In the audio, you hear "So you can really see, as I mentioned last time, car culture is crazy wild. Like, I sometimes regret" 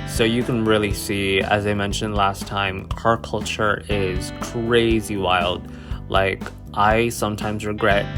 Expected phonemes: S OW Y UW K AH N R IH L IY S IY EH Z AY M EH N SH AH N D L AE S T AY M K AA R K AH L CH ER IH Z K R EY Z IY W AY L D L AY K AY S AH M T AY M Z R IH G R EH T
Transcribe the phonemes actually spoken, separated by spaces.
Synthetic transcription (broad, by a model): S OW Y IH K AH N R IH L IY S IY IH Z AY M EH N SH AH N D L AE S T AY M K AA R K AH L CH ER IH Z K R EY Z IY W AY L D L AY K AY S AH M T AY M Z R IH G R EH T